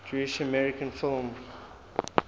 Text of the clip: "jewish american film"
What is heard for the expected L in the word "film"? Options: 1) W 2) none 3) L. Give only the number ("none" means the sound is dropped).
3